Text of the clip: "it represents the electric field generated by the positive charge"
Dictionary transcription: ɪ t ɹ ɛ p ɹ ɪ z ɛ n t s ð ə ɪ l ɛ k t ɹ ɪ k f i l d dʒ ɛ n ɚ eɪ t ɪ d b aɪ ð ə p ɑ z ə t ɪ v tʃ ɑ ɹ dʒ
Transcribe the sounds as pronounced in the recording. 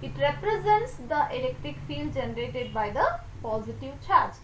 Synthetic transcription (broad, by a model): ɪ t ɹ ɛ p ɹ ɪ z ɛ n t s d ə ɪ l ɛ k t ɹ ɪ k f i l d dʒ ɛ n ɚ eɪ t ɪ d b aɪ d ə p ɑ z ə t ɪ v tʃ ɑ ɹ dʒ